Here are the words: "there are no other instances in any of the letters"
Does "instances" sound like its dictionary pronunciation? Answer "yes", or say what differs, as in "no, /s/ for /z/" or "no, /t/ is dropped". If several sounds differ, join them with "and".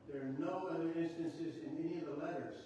yes